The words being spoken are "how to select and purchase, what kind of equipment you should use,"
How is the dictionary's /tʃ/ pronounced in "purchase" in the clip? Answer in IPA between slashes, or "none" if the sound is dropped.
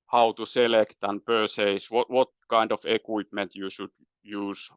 /s/